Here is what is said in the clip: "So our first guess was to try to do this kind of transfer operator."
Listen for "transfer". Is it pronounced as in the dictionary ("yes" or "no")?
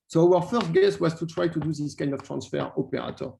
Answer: yes